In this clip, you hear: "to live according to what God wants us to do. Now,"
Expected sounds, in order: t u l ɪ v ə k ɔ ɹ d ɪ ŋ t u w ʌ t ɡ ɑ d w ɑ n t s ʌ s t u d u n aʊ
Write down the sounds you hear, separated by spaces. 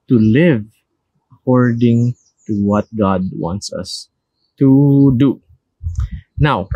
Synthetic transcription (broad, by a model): t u l ɪ v ə k ɔ ɹ d ɪ ŋ t u w ʌ t ɡ ɑ d w ɑ n t s ʌ s t u d u n aʊ